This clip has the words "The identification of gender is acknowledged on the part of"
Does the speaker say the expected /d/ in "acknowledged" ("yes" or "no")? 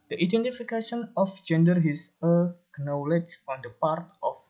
no